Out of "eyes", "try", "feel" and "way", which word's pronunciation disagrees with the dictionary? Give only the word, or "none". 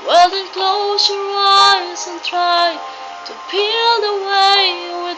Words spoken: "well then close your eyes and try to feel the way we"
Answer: feel